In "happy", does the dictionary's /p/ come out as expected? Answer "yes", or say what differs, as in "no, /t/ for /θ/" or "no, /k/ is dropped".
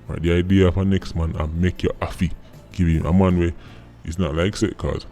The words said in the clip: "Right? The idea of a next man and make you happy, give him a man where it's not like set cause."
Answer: no, /f/ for /p/